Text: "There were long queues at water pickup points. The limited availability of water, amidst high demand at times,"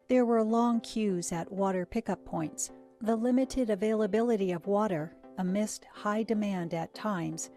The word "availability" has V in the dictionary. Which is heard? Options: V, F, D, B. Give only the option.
V